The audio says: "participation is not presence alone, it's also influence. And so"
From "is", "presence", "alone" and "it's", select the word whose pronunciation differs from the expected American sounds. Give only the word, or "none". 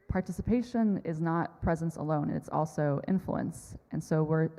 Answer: none